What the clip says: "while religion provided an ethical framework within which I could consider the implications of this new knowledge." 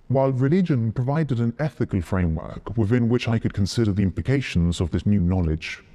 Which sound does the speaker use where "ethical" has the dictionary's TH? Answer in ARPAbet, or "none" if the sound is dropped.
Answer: TH